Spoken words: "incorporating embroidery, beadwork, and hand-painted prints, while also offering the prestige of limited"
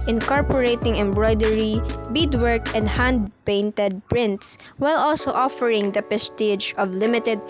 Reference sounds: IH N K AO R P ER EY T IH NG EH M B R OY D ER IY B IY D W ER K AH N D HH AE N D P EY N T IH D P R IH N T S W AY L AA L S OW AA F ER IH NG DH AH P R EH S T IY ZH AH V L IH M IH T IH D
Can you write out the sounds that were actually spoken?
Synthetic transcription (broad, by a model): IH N K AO R P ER EY T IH NG EH M B R OY D ER IY B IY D W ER K AH N D HH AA N D P EY N T IH D P R IH N T S W AY L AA L S OW AA F ER IH NG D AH P EH S T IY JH AH V L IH M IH T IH D